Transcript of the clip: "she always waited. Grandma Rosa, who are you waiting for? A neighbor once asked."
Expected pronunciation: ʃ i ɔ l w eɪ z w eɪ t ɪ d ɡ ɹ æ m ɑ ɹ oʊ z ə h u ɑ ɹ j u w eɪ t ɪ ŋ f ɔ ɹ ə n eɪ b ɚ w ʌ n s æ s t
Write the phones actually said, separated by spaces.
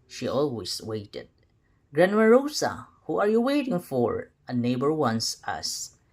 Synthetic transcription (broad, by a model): ʃ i ɔ l w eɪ s w eɪ t ɪ d ɡ ɹ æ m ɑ ɹ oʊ s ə h u ɑ ɹ j u w eɪ t ɪ ŋ f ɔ ɹ ə n eɪ b ɚ w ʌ n s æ s